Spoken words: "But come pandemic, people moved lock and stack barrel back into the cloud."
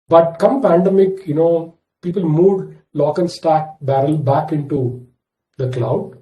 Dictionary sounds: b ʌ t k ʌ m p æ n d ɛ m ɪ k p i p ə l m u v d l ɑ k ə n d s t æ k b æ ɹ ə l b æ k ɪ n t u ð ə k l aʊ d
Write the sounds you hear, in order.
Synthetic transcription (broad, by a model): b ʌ t k ʌ m p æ n d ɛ m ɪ k p i p ə l m u d l ɑ k ə n d s t æ k b æ ɹ ə l b æ k ɪ n t u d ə k l aʊ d